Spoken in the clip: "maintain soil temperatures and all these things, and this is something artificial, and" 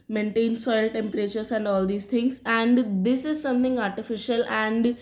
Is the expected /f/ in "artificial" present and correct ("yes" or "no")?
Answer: yes